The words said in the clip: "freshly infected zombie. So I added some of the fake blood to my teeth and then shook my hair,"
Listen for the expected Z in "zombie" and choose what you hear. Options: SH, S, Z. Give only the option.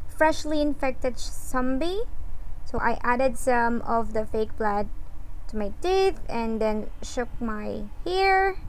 S